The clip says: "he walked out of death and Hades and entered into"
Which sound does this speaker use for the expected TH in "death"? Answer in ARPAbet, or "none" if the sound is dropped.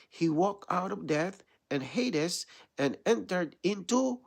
TH